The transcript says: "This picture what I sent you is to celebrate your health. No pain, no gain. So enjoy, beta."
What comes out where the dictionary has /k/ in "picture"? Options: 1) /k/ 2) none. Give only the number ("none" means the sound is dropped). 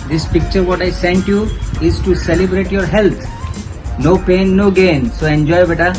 1